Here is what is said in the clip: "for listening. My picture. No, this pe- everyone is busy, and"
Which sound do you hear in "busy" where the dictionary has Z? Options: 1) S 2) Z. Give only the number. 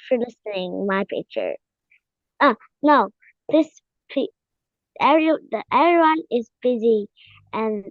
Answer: 2